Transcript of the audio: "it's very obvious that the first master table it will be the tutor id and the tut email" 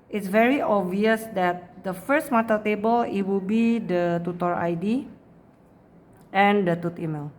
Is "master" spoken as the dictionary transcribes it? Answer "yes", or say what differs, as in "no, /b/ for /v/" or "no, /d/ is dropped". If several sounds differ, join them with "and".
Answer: no, /s/ is dropped